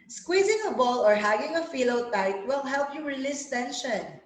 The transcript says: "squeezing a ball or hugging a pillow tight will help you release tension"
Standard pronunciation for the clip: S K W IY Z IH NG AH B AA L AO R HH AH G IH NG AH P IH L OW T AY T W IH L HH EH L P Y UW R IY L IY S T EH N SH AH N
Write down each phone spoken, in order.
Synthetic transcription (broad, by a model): S K W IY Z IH NG AH B AA L AO R HH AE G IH NG AH F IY L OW T AY T W IH L HH EH L P Y UW R IY L IY S T EH N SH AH N